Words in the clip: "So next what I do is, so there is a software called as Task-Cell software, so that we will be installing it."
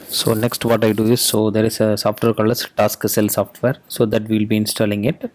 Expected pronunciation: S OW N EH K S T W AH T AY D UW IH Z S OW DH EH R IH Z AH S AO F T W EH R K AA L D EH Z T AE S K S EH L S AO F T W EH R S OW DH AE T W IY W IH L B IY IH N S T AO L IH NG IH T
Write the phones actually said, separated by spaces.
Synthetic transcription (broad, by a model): S OW N EH K S T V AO T AY D UW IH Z S OW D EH R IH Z AH S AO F T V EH R K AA L AH S T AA S K S EH L S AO F T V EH R S OW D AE T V IY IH L B IY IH N S T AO L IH NG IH T